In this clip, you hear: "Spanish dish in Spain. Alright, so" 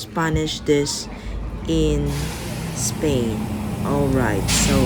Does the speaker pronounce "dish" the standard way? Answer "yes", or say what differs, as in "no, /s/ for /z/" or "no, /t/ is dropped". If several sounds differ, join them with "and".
no, /s/ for /ʃ/